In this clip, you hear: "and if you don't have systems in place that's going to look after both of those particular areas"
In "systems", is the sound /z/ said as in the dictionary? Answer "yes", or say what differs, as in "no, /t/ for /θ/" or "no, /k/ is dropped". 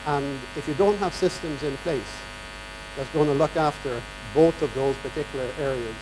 yes